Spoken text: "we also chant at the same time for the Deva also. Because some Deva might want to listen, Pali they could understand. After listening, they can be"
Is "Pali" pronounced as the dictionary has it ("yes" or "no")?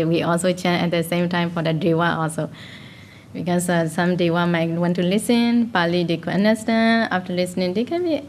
yes